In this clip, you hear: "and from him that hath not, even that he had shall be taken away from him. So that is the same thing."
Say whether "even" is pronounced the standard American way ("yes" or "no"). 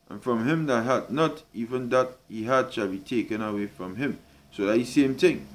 yes